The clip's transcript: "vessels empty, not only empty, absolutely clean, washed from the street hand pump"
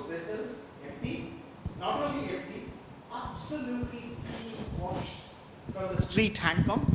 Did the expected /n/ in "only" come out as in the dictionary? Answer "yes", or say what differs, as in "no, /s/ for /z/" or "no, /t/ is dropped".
no, /n/ is dropped